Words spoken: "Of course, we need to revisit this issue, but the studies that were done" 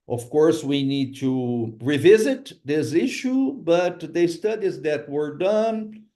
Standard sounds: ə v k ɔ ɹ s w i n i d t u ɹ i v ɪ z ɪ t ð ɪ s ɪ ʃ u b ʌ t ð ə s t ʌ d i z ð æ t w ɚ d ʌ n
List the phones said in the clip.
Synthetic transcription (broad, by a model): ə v k ɔ ɹ s w i n i d t u ɹ i v ɪ z ɪ t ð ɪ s ɪ ʃ u b ʌ t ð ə s t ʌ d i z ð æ t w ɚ d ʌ n